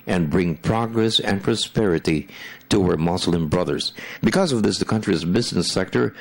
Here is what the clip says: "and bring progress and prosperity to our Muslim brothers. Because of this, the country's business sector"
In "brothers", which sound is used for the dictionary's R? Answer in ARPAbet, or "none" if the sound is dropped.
R